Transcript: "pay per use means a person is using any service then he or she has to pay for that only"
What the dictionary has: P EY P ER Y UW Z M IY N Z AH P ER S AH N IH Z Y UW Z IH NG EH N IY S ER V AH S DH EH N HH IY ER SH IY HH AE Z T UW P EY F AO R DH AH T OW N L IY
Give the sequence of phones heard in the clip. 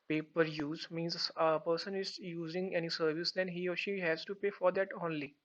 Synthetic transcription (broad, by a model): P EY P ER Y UW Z M IY N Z AH P ER S AH N IH Z Y UW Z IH NG EH N IY S ER V AH S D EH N HH IY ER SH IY HH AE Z T UW P EY F AO R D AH T OW N L IY